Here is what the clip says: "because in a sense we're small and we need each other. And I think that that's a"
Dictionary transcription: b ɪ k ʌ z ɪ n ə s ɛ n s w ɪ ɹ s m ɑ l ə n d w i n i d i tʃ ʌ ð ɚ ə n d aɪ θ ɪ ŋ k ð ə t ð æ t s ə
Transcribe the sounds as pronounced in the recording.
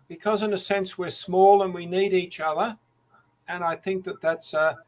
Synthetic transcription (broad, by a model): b ɪ k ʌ z ɪ n ə s ɛ n s w ɪ ɹ s m ɑ l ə n w i n i d i tʃ ʌ ð ɚ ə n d aɪ θ ɪ ŋ k ð ə t ð æ t s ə